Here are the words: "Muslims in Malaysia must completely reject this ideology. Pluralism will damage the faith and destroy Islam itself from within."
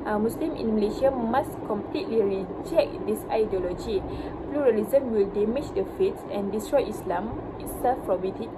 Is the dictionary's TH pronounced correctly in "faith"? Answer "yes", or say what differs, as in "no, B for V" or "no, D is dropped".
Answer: no, S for TH